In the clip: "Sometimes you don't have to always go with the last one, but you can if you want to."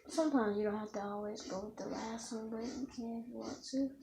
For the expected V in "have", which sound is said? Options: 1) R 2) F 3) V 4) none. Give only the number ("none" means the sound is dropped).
2